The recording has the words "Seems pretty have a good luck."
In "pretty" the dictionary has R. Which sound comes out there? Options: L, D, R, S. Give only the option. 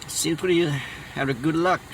L